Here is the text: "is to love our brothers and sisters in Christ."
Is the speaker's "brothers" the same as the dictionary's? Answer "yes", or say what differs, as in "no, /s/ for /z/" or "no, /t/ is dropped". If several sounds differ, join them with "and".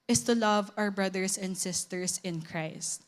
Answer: no, /s/ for /z/